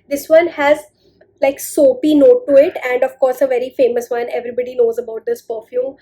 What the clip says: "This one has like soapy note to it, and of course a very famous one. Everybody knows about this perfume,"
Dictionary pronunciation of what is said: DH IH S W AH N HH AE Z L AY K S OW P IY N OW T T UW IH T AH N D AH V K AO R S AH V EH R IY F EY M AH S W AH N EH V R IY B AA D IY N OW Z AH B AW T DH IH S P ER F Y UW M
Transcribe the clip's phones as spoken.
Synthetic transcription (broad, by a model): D IH S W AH N HH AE Z L AY K S OW P IY N OW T T UW IH T AH N D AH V K AO R S AH V EH R IY F EY M AH S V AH N EH V R IY B AA D IY N OW Z AH B AW T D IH S P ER F Y UW M